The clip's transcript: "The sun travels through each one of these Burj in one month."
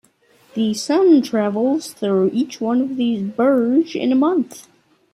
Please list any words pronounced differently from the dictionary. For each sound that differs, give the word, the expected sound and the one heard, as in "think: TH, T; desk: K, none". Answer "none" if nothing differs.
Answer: none